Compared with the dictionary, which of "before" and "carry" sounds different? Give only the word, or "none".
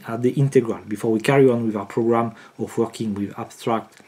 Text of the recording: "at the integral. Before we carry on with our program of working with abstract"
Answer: none